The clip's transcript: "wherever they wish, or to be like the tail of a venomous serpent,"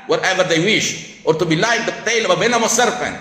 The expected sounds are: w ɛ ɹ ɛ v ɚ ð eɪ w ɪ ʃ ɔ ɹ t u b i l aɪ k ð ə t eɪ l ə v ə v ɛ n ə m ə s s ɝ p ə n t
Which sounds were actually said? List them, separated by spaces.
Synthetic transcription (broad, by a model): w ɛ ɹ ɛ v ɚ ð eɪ w ɪ ʃ ɔ ɹ t u b i l aɪ k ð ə t eɪ l ə v ə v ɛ n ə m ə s s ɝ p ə n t